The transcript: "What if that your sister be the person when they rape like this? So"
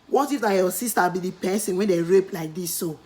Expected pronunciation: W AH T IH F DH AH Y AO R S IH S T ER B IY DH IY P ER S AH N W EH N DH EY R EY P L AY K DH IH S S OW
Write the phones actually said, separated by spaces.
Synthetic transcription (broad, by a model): W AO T IH F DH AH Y AO S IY S T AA B IY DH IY P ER S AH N W EH N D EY R EY P L AY K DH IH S S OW